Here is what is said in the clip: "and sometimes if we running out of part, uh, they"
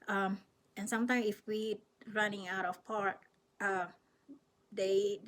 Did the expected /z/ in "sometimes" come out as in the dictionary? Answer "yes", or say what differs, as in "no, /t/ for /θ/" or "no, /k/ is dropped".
no, /z/ is dropped